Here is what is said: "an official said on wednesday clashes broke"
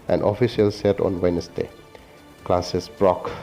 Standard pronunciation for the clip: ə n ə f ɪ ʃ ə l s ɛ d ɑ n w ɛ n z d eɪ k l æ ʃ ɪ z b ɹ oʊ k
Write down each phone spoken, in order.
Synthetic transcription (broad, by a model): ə n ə f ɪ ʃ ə l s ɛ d ɑ n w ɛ n s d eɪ k l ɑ s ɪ s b ɹ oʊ k